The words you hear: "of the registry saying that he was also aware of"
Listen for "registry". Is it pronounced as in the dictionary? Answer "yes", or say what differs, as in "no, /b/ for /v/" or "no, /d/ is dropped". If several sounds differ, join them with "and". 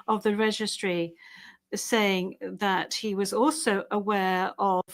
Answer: yes